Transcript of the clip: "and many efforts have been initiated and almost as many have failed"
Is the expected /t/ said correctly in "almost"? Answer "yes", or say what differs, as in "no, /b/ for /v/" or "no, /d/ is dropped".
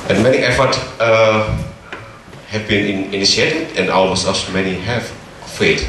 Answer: no, /t/ is dropped